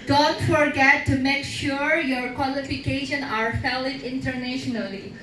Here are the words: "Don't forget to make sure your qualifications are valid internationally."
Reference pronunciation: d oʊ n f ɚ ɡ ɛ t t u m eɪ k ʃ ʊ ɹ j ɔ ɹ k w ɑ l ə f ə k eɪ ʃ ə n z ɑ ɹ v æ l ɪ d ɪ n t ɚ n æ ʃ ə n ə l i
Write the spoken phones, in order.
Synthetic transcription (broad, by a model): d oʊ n f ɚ ɡ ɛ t t u m eɪ k ʃ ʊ ɹ j ɔ ɹ k w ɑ l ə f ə k eɪ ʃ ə n ɑ ɹ f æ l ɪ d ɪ n t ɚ n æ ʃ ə n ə l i